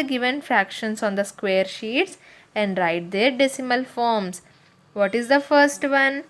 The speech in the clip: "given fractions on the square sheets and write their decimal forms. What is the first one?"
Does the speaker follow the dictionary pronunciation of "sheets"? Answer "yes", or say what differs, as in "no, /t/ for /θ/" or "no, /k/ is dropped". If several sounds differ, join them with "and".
yes